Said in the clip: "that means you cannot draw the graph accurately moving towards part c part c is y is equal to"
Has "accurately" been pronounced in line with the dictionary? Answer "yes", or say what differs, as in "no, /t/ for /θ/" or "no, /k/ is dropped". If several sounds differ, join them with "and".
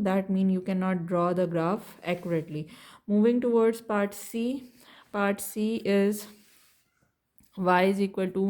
yes